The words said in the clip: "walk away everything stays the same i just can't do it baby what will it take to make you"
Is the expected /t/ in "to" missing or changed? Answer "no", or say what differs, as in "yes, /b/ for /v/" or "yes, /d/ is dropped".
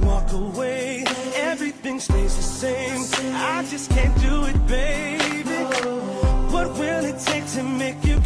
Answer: yes, /s/ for /t/